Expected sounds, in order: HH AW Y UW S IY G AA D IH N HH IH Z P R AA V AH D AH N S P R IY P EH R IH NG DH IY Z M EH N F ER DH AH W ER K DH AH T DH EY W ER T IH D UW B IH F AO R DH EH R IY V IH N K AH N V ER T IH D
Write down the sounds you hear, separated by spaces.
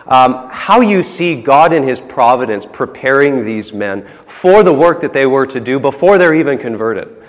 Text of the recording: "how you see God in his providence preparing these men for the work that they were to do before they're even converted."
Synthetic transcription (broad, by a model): HH AW Y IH S IY G AA D IH N IH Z P R AA V AH D AH N S P R IY P EH R IH NG DH IY Z M EH N F ER DH AH W ER K DH AH T DH EY W ER T IH D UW B IH F AO R DH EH R IY V IH N K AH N V ER T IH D